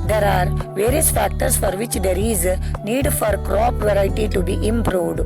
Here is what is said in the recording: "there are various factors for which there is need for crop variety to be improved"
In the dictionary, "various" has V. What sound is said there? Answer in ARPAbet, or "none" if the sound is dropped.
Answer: V